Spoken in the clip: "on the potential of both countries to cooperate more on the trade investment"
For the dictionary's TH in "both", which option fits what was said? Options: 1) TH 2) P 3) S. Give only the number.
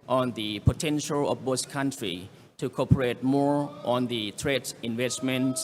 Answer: 3